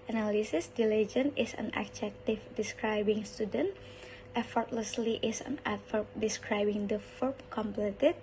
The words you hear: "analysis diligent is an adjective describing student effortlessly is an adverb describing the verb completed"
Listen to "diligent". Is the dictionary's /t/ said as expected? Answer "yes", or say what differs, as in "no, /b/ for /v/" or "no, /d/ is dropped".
no, /t/ is dropped